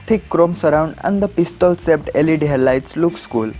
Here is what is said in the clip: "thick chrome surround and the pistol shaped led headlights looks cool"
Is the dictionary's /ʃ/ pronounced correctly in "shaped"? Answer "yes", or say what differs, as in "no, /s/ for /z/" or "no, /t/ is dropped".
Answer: no, /s/ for /ʃ/